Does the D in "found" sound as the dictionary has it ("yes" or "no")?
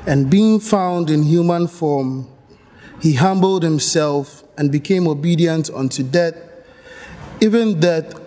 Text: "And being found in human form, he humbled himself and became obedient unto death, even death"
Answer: yes